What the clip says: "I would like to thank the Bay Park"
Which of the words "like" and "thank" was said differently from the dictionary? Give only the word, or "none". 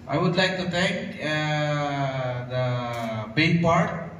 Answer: thank